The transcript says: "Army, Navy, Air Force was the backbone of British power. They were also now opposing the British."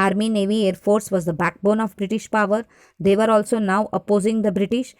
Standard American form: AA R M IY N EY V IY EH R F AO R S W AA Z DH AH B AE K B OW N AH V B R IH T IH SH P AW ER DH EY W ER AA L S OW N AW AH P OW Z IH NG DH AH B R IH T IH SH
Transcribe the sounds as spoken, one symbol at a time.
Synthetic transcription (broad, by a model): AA R M IY N EY V IY EH R F AO R S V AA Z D AH B AE K B OW N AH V B R IH T IH SH P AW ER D EY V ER AA L S OW N AW AH P OW Z IH NG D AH B R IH T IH SH